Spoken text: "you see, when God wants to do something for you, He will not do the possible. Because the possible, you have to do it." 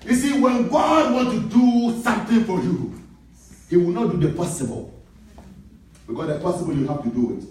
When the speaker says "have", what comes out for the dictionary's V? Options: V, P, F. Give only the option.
F